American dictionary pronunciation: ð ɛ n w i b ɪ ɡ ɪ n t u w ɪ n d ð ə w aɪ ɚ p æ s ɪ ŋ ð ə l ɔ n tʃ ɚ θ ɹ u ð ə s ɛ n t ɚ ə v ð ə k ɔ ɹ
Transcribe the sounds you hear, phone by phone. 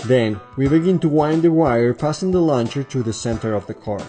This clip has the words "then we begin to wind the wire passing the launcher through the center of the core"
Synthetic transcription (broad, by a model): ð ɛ n w i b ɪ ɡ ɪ n t u w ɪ n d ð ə w aɪ ɚ p æ s ɪ ŋ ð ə l ɔ n tʃ ɚ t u ð ə s ɛ n t ɚ ə v ð ə k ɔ ɹ